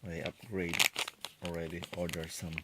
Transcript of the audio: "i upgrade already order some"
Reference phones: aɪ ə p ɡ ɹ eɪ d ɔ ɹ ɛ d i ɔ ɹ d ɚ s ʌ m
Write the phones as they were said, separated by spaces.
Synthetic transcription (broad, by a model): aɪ ə p ɡ ɹ eɪ d ɔ ɹ ɛ d i ɔ ɹ d ɚ s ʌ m